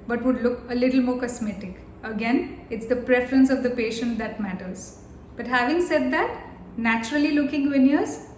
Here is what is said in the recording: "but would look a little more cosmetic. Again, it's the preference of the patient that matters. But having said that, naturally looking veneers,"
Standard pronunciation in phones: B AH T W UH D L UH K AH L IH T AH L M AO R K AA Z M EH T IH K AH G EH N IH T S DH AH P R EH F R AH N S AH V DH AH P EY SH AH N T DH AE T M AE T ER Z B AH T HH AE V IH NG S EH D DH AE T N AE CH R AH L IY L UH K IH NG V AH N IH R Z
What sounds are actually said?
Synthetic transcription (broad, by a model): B AH T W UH D L UH K AH L IH T L M AO R K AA S M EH T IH K AH G EH N IH T S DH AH P R EH F R AH N S AH V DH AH P EY SH AH N T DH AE T M AE T ER Z B AH T HH AE V IH NG S EH D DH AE T N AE CH R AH L IY L UH K IH NG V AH N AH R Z